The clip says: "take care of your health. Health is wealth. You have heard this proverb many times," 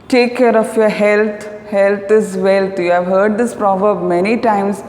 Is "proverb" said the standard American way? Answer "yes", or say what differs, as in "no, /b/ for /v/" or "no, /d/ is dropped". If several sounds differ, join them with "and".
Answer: yes